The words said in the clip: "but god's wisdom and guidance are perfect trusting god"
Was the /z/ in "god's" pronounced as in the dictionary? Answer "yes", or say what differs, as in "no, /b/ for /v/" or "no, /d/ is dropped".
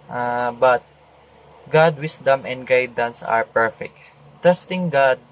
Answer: no, /z/ is dropped